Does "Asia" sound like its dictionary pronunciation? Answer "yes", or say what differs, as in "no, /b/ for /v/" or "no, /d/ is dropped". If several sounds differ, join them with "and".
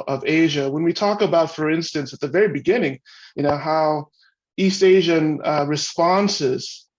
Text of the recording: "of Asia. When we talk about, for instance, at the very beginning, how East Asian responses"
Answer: yes